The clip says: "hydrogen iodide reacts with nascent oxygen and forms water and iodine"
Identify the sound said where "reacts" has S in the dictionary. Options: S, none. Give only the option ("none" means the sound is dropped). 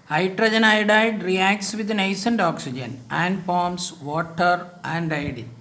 S